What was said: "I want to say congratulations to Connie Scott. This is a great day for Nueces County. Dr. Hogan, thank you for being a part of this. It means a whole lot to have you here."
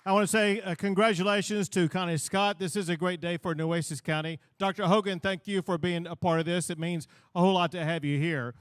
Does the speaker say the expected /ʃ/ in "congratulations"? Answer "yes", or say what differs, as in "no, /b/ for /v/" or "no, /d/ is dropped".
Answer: yes